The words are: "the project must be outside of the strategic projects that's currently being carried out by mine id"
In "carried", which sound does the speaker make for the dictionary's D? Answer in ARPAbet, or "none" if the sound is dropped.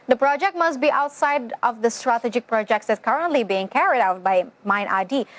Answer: D